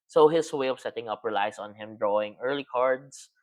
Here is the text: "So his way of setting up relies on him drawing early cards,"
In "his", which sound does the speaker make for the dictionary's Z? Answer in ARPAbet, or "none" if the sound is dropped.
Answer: S